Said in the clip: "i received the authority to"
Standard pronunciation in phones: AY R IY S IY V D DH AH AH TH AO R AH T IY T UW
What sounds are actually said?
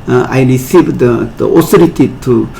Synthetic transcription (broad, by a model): AY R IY S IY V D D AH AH S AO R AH T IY T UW